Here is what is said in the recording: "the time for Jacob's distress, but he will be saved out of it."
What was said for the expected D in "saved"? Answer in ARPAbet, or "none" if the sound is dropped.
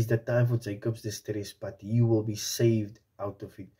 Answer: D